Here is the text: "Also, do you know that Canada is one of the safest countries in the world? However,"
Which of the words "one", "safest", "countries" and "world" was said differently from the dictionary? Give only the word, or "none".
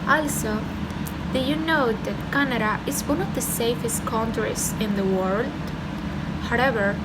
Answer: countries